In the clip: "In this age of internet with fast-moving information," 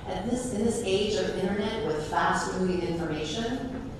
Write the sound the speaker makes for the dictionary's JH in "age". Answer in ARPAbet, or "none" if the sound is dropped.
JH